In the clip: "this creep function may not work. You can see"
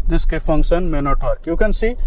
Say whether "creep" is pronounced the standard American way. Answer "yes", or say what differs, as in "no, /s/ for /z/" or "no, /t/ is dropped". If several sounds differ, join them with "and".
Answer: no, /ɹ/ is dropped